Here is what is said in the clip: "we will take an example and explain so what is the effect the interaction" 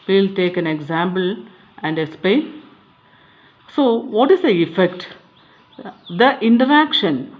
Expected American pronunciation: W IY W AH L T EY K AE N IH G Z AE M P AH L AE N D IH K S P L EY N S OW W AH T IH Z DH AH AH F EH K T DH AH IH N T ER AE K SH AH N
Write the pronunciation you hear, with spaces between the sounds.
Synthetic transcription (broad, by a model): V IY L T EY K AE N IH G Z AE M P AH L AE N D IH K S P L EY N S OW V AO T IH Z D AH AH F EH K T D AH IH N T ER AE K SH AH N